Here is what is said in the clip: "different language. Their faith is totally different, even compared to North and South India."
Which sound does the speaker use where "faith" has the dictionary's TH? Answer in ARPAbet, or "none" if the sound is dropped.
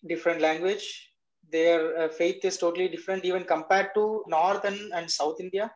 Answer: T